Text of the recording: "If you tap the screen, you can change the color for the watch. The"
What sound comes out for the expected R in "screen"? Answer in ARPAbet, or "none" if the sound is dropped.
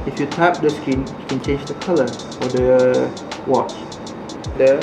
none